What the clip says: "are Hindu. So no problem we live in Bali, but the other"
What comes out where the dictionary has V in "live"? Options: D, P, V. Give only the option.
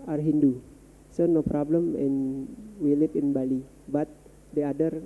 P